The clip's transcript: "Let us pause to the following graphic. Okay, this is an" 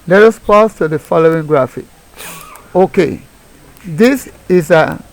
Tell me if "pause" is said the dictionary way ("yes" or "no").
no